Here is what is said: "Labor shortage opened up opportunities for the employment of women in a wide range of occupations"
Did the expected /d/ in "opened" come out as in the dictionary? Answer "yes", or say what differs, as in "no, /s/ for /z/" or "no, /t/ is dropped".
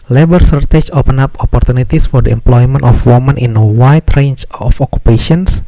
no, /d/ is dropped